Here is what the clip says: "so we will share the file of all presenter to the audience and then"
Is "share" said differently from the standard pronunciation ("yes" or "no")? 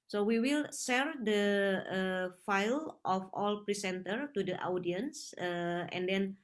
yes